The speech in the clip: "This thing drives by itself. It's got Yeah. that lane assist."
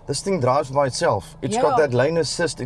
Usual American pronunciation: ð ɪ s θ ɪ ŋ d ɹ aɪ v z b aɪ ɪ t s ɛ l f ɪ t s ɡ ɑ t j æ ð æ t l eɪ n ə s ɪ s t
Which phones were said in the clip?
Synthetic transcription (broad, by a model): ð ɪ s θ ɪ ŋ d ɹ aɪ v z b aɪ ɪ t s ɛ l f ɪ t s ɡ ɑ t ð æ t l eɪ n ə s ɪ s t